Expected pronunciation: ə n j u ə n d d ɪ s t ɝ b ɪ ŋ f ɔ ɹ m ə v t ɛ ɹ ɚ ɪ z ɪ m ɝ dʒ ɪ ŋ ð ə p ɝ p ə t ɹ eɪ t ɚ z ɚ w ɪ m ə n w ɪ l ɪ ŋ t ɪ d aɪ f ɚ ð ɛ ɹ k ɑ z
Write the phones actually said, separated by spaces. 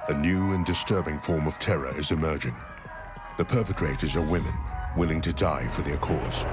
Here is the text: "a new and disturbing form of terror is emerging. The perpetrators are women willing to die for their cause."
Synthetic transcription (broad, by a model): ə n j u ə n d d ɪ s t ɝ b ɪ ŋ f ɔ ɹ m ə v t ɛ ɹ ɚ ɪ z ɪ m ɝ dʒ ɪ ŋ ð ə p ɝ p ə t ɹ eɪ t ɚ z ɚ w ɪ m ə n w ɪ l ɪ ŋ t ɪ d aɪ f ɚ ð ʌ ɹ k ɑ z